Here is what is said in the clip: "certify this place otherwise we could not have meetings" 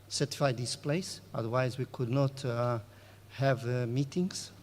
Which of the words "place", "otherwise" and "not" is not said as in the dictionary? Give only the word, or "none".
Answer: none